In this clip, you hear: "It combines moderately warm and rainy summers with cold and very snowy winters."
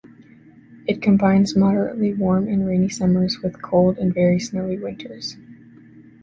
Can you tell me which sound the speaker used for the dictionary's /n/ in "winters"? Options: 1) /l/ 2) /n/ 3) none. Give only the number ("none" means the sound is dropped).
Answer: 3